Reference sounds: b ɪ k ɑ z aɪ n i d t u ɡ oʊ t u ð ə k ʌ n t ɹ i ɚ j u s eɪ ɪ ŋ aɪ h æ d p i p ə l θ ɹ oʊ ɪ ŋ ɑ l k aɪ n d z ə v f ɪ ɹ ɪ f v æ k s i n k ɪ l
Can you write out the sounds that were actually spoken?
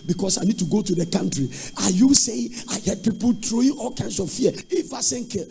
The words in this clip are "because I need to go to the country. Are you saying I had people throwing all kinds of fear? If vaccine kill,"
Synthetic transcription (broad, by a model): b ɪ k ɑ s aɪ n i d t u ɡ oʊ t u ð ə k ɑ n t ɹ i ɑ j u s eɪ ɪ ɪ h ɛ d p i p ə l t ɹ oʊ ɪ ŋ ɑ l k aɪ n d s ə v f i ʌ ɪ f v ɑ s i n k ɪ